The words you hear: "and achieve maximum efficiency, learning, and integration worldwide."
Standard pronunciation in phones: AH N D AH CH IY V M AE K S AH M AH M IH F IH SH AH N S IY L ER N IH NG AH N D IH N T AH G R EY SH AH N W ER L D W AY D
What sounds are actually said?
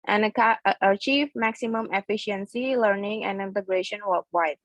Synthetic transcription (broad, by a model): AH N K AH CH IY V M AE K S AH M AH M IH F IH SH AH N S IY L ER N IH NG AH N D IH N T AH G R EY SH AH N W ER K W AY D